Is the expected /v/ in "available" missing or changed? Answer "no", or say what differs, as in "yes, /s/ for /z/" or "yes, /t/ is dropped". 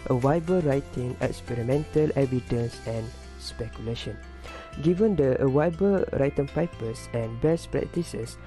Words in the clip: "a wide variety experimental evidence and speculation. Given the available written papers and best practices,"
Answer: yes, /w/ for /v/